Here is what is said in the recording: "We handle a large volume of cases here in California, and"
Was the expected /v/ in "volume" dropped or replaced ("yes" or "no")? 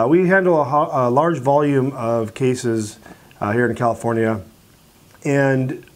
no